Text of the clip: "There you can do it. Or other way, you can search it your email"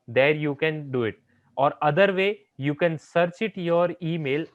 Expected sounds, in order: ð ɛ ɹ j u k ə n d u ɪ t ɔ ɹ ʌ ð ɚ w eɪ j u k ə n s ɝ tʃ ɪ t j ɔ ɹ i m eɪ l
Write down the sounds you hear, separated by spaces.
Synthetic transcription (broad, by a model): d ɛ ɹ j u k ə n d u ɪ t ɔ ɹ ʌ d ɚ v eɪ j u k ə n s ɝ tʃ ɪ t j ɔ ɹ i m eɪ l